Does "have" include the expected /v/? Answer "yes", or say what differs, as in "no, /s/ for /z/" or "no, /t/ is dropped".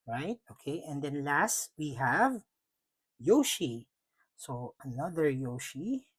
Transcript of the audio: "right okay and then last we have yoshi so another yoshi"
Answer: yes